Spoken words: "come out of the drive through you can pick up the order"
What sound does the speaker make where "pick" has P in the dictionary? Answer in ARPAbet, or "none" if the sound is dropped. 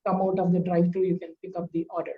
P